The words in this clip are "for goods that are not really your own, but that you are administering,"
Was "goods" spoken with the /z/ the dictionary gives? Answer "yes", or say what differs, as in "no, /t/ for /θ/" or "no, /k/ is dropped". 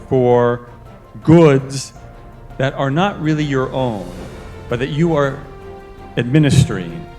yes